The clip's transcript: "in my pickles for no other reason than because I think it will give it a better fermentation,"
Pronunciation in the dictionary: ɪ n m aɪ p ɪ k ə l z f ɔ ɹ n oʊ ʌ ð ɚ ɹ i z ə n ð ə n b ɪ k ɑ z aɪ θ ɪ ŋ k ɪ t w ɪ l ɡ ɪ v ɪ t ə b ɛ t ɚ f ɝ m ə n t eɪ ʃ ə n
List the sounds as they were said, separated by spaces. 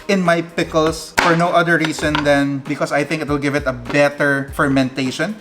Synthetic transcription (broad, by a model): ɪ n m aɪ p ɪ k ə l s f ɔ ɹ n oʊ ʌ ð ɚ ɹ i s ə n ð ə n b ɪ k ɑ s aɪ θ ɪ ŋ k ɪ t w ɪ l ɡ ɪ v ɪ t ə b ɛ t ɚ f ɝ m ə n t eɪ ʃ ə n